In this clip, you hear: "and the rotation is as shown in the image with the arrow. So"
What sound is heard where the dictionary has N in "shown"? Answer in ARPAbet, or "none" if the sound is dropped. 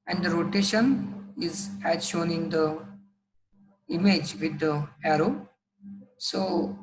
N